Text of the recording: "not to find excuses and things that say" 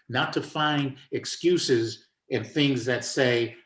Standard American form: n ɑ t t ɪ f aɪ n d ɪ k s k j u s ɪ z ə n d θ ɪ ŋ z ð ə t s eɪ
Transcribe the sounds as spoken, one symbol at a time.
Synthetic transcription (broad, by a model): n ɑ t t ɪ f aɪ n d ɪ k s k j u s ɪ z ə n θ ɪ ŋ z ð ə t s eɪ